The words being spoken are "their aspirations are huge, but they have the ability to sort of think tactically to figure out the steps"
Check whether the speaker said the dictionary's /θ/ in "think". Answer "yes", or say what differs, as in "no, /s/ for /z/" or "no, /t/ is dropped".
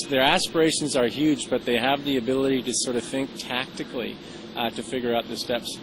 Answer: yes